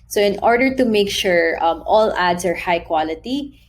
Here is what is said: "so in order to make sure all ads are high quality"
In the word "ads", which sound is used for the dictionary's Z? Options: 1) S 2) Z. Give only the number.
1